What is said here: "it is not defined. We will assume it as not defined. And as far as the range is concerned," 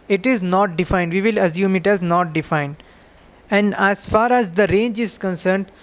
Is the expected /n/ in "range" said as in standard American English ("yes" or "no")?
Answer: yes